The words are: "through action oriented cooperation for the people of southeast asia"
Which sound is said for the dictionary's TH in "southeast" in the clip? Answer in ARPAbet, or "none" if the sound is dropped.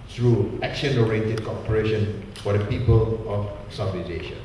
F